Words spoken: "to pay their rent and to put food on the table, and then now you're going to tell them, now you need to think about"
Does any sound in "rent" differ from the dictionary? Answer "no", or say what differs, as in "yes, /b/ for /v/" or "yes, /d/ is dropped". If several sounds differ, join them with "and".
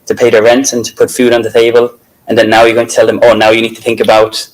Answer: no